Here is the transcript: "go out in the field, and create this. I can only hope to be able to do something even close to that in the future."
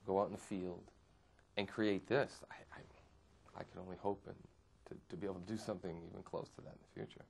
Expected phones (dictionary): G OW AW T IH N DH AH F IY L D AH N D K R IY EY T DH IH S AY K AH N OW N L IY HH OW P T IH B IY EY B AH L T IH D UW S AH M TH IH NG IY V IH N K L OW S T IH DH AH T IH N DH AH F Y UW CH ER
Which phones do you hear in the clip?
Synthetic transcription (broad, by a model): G OW AW T N DH AH F IY L D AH N K R IY EY T DH IH S AY K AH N OW N L IY HH OW P T IH B IY EY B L T IH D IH S AH M TH IH NG IY V IH N K L OW S T IH DH AH T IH N DH AH F Y UW CH ER